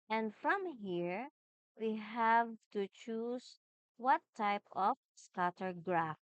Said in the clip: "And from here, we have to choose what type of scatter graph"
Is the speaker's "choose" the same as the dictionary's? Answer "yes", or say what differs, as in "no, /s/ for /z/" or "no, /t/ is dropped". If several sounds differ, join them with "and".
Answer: no, /s/ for /z/